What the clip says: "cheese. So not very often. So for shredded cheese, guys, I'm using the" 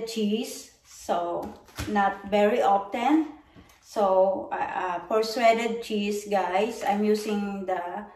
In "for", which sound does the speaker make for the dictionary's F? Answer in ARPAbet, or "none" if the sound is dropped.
P